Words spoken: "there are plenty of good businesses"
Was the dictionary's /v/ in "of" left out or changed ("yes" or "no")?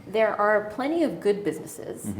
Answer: no